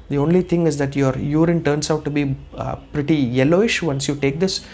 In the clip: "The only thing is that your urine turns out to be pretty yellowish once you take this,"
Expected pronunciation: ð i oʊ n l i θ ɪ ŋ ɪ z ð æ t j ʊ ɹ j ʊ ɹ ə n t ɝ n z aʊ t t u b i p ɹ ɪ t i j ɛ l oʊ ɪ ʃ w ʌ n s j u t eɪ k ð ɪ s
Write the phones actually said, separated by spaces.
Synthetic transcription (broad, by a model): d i oʊ n l i t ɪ ŋ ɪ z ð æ t j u ɹ j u ɹ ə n t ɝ n s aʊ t t u b i p ɹ ɪ t i j ɛ l oʊ ɪ ʃ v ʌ n s j u t eɪ k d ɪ s